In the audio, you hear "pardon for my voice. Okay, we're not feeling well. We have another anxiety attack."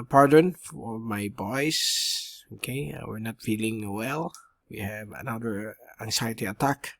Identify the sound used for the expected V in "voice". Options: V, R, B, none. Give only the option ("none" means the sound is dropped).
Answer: B